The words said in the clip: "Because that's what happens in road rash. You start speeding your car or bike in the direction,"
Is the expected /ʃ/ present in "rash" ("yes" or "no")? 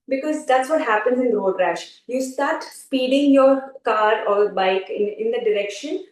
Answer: yes